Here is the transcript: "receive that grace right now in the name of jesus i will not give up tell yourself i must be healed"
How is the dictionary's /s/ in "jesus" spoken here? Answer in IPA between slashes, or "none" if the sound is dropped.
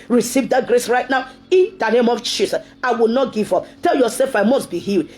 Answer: none